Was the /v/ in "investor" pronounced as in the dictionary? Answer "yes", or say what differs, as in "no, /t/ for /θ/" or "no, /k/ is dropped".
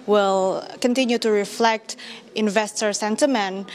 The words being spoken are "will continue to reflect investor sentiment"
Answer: yes